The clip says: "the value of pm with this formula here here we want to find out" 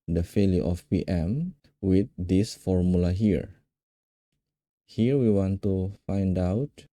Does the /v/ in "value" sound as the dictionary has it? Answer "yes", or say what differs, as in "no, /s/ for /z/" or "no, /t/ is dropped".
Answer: no, /f/ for /v/